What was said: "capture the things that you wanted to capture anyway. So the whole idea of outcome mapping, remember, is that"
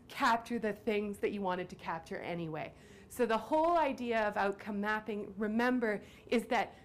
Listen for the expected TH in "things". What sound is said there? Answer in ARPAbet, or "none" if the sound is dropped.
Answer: TH